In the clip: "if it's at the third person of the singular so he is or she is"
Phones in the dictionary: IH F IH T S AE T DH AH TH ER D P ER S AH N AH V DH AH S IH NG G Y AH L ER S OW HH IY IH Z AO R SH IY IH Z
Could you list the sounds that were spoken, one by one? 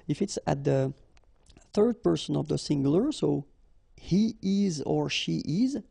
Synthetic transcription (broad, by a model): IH F IH T S AE T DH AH TH ER D P ER S AH N AH V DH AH S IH NG G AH L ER S OW HH IY IH Z AO R SH IY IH Z